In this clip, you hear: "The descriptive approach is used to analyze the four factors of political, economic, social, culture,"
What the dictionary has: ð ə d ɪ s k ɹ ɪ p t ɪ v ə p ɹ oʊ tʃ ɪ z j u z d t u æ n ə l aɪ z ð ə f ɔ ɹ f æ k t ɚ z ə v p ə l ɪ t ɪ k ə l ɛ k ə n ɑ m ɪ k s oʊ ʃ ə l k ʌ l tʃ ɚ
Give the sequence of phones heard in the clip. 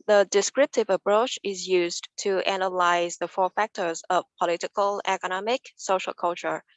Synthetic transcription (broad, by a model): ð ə d ɪ s k ɹ ɪ p t ɪ v ə p ɹ oʊ tʃ ɪ z j u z t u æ n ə l aɪ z ð ə f ɔ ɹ f æ k t ɚ z ə v p ə l ɪ t ɪ k ə l ɛ k ə n ɑ m ɪ k s oʊ ʃ ə l k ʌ l tʃ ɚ